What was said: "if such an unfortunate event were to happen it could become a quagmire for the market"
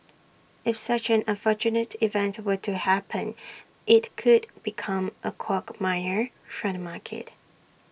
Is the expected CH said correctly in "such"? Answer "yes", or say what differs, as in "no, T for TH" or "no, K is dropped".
yes